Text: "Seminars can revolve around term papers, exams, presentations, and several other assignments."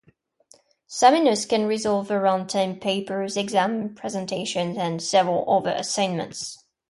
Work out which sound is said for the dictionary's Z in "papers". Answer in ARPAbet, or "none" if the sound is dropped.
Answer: Z